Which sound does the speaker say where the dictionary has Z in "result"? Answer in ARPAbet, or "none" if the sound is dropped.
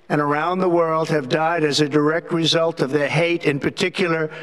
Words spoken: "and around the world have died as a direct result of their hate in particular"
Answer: Z